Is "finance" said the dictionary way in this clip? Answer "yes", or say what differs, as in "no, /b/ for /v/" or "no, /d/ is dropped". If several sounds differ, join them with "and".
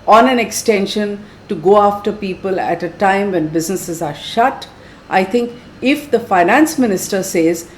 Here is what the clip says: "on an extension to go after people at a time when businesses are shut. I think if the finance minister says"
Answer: yes